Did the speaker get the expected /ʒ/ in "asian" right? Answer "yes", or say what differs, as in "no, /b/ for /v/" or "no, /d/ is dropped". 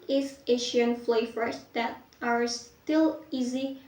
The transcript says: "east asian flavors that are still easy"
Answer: no, /ʃ/ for /ʒ/